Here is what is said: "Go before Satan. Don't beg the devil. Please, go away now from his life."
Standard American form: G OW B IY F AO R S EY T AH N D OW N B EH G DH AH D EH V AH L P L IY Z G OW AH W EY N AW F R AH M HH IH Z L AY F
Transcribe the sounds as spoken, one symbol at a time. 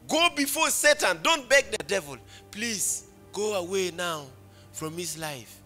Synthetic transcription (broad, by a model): G OW B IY F AO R S EY T AH N D OW N B EH G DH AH D EH V AH L P L IY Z G OW AH W EY N AW F R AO M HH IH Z L AY F